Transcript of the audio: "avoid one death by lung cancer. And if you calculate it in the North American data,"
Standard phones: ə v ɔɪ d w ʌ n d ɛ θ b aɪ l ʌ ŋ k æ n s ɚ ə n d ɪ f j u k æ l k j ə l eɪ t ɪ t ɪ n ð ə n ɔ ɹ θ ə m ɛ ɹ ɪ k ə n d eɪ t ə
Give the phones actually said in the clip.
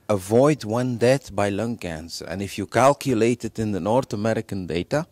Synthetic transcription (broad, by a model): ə v ɔɪ d w ʌ n d ɛ t b aɪ l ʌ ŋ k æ n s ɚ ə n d ɪ f j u k æ l k j ə l eɪ t ɪ t ɪ n ð ə n ɔ ɹ θ ə m ɛ ɹ ɪ k ə n d eɪ t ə